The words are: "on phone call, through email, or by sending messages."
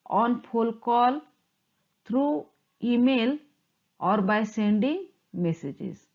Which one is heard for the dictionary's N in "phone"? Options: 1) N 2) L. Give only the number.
2